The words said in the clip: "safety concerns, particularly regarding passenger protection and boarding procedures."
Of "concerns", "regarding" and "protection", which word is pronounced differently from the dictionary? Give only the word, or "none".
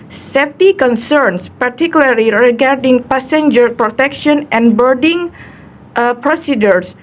concerns